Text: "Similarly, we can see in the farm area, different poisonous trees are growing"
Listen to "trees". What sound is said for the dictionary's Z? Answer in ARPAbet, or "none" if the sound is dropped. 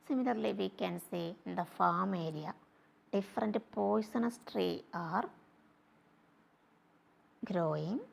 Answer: none